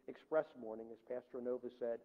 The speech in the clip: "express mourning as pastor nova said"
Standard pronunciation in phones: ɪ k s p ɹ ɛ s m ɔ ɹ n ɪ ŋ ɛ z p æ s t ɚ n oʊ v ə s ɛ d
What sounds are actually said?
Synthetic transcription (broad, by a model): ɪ k s p ɹ ɛ s m ɔ ɹ n ɪ ŋ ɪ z p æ s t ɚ n oʊ v ə s ɛ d